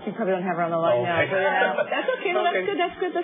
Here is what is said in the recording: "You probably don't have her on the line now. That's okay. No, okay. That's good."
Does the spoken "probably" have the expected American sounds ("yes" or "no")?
yes